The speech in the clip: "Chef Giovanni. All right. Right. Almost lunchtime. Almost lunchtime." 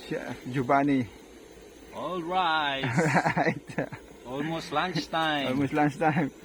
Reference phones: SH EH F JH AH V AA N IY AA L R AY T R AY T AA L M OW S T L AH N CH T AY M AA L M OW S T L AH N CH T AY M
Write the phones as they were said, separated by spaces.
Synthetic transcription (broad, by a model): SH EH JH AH B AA N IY AA L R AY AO R AY T AA L M OW S T L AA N S T AY AA L M OW S T L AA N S T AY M